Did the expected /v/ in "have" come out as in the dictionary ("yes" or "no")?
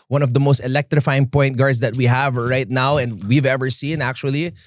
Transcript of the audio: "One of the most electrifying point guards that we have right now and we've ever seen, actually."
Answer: yes